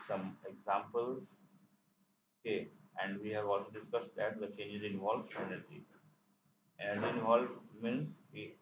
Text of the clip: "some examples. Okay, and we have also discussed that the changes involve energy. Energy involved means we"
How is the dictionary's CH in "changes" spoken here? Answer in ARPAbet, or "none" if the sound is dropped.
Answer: CH